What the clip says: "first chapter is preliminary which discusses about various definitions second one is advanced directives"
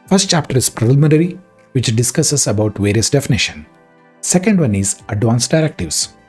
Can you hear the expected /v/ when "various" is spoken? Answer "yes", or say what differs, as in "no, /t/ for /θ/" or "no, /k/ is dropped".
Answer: yes